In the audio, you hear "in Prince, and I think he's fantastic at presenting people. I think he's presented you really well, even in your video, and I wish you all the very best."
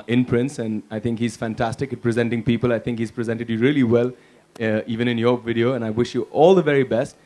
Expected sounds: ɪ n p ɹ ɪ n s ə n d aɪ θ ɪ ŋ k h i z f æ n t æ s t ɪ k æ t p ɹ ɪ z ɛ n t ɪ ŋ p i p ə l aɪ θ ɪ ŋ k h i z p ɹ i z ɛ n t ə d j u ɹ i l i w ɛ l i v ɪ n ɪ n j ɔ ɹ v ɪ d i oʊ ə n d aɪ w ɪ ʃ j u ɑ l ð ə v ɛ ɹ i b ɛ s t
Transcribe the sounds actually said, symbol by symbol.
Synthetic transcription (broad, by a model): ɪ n p ɹ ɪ n s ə n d aɪ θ ɪ ŋ k h i z f æ n t æ s t ɪ k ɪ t p ɹ ɪ z ɛ n t ɪ ŋ p i p ə l aɪ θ ɪ ŋ k h i z p ɹ i z ɛ n t ə d j u ɹ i l i w ɛ l i v ɪ n ɪ n j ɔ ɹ v ɪ d i oʊ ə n aɪ w ɪ ʃ j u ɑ l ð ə v ɛ ɹ i b ɛ s t